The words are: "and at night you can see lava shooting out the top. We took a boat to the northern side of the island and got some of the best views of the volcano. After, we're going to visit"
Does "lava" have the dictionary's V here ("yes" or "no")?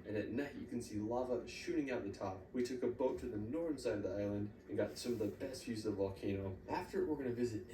yes